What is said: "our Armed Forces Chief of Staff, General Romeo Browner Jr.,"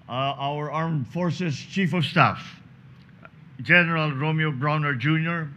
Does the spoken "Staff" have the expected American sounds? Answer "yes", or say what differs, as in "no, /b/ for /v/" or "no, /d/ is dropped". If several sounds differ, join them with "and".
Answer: yes